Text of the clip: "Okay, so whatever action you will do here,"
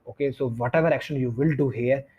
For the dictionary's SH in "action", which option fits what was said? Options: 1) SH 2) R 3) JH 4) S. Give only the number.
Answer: 1